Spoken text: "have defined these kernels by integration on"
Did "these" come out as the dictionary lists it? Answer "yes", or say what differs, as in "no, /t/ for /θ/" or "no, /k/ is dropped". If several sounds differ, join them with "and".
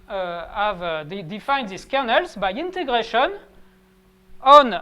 no, /s/ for /z/